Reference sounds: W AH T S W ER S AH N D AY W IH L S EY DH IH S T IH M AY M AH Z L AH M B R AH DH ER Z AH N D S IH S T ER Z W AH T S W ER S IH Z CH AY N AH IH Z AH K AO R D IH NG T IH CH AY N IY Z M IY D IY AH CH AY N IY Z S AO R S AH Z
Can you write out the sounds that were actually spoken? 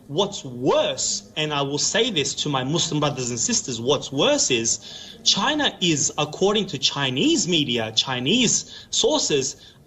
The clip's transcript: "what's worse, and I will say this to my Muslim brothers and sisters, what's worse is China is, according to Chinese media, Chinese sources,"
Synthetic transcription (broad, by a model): W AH T S W ER S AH N AY W IH L S EY DH IH S T IH M AY M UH S L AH M B R AH DH ER Z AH N S IH S T ER Z W AH T S W ER S IH Z CH AY N AH IH Z AH K AO R D IH NG T IH CH AY N IY Z M IY D IY AH CH AY N IY Z S AO R S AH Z